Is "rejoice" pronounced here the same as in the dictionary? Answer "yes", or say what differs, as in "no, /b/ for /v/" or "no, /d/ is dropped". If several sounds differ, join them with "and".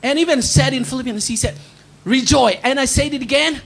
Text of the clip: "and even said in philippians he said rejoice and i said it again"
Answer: no, /s/ is dropped